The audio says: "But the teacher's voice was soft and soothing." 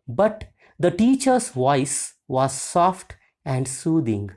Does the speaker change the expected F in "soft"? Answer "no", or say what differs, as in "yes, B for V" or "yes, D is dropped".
no